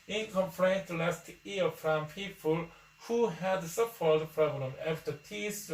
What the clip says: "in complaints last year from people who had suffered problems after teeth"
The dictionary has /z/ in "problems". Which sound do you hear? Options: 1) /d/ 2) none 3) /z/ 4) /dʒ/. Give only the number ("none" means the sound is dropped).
2